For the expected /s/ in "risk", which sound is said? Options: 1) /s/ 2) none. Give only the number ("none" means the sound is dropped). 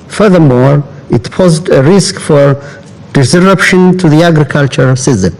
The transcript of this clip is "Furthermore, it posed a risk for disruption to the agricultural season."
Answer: 1